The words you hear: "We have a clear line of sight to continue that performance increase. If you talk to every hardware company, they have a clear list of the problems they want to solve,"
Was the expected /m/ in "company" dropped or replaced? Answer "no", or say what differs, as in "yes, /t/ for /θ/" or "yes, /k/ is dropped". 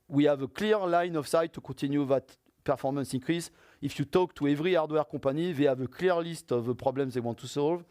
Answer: yes, /m/ is dropped